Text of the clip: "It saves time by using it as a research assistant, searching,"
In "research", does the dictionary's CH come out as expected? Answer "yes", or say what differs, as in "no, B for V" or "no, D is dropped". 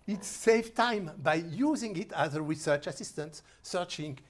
yes